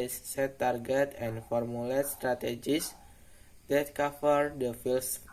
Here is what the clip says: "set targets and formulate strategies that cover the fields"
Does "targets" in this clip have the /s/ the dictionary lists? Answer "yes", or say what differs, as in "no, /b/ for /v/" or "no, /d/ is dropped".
no, /s/ is dropped